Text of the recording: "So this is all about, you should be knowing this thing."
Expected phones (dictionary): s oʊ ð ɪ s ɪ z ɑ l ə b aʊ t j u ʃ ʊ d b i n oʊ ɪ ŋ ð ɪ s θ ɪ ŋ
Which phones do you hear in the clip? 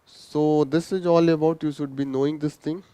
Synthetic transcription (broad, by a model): s oʊ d ɪ s ɪ z ɑ l ə b aʊ t j u ʃ ʊ d b i n oʊ ɪ ŋ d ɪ s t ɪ ŋ